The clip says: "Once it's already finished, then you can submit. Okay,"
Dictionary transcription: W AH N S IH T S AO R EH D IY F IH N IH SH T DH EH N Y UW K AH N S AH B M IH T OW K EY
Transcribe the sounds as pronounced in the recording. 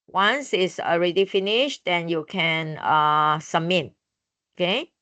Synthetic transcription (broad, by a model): W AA N S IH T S AO R EH D IY F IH N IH SH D EH N Y UW K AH N S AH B M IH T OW K EY